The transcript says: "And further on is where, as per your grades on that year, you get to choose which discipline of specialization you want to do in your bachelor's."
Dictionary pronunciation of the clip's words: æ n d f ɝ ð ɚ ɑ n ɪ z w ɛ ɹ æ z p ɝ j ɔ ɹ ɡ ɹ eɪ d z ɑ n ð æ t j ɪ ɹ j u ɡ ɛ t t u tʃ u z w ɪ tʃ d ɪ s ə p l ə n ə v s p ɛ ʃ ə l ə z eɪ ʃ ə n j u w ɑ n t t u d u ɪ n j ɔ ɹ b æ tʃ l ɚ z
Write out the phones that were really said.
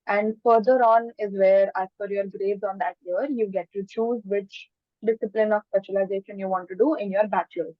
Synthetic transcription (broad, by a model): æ n d f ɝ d ɚ ɑ n ɪ z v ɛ ɹ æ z f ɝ j ɔ ɹ ɡ ɹ eɪ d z ɑ n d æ t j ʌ ɹ j u ɡ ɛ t t u tʃ u z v ɪ tʃ d ɪ s ə p l ə n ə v s p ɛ ʃ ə l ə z eɪ ʃ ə n j u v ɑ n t t u d u ɪ n j ɔ ɹ b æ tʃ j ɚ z